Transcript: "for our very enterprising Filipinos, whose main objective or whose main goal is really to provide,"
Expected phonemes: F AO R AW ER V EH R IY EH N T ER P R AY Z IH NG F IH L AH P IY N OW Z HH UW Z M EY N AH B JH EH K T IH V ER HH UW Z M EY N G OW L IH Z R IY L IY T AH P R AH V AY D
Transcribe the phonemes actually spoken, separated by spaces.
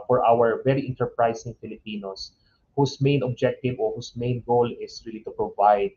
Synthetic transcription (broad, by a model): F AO R AW ER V EH R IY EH N T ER P R AY S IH NG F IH L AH P IY N OW S HH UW S M EY N AH B JH EH K T IH V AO HH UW S M EY N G OW L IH S R IY L IY T AH P R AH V AY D